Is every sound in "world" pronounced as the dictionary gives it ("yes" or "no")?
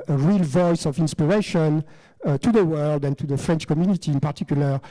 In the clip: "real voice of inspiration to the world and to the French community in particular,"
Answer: yes